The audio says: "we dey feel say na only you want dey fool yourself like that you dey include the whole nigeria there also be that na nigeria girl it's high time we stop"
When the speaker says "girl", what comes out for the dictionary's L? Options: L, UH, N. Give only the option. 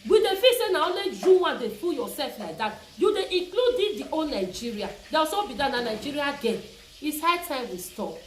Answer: N